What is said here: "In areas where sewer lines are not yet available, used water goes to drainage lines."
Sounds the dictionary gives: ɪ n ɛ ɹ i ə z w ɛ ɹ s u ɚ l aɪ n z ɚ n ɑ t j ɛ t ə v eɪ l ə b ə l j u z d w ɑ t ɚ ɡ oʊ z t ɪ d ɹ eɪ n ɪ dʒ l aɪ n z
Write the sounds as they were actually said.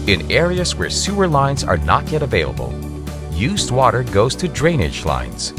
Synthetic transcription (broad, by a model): ɪ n ɛ ɹ i ə z w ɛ ɹ s u ɚ l aɪ n z ɚ n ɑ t j ɛ t ə v eɪ l ə b ə l j u z d w ɑ t ɚ ɡ oʊ z t ɪ d ɹ eɪ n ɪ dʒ l aɪ n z